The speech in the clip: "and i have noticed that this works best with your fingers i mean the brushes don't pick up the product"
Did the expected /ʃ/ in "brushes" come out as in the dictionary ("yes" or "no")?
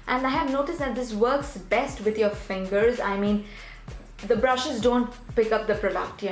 yes